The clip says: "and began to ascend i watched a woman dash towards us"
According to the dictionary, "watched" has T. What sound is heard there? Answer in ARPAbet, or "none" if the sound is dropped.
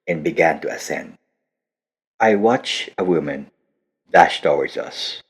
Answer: none